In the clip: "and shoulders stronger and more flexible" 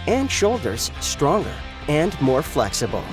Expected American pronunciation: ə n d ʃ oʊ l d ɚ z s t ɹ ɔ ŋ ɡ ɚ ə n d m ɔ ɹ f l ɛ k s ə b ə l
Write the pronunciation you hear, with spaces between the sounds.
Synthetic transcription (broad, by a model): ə n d ʃ oʊ l d ɚ z s t ɹ ɔ ŋ ɡ ɚ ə n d m ɔ ɹ f l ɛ k s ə b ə l